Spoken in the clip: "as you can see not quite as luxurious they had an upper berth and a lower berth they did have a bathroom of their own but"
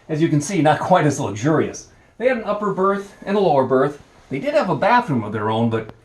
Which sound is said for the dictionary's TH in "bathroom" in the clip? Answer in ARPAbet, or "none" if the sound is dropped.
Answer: TH